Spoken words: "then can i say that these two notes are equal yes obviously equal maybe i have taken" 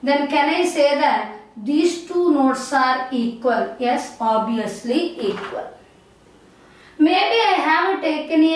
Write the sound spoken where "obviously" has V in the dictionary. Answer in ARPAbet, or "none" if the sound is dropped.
none